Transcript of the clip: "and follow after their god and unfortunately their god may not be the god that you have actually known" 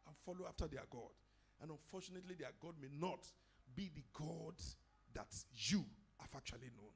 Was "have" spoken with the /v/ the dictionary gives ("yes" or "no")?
no